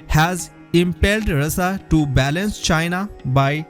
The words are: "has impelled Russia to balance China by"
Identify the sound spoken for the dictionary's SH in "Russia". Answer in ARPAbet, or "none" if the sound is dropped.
S